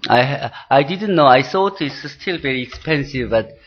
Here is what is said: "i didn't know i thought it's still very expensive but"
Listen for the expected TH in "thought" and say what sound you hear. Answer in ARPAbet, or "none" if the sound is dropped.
S